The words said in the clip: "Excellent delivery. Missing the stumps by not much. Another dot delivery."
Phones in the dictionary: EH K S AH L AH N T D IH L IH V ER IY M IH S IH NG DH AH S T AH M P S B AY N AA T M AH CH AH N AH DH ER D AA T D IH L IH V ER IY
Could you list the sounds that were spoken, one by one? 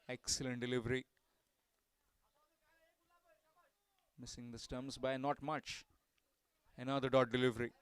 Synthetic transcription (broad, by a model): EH K S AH L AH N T D IH L IH V ER IY M IH S IH NG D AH S T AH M S B AY N AA T M AH CH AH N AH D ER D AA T D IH L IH V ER IY